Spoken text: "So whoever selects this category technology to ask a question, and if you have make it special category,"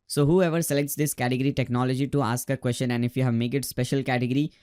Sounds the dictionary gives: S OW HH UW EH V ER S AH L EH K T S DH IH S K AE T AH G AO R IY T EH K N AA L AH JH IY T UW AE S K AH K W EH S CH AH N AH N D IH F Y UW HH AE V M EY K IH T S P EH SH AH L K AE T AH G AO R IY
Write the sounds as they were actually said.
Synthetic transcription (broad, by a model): S OW HH UW EH V ER S AH L EH K T S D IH S K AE T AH G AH R IY T EH K N AA L AH JH IY T UW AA S K AH K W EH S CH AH N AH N D IH F Y UW HH AE V M EY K IH T S P EH SH AH L K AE T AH G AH R IY